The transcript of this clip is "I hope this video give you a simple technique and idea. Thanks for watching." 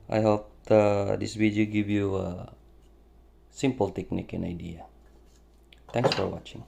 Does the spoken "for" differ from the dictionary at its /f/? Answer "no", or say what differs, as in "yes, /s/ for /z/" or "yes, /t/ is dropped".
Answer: no